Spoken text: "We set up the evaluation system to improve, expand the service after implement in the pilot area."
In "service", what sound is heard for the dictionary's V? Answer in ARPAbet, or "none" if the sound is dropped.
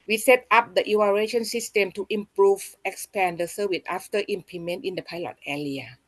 W